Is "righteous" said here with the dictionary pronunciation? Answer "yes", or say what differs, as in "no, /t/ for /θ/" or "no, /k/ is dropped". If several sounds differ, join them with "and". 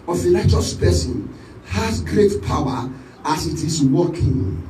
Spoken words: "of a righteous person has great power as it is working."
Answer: no, /l/ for /ɹ/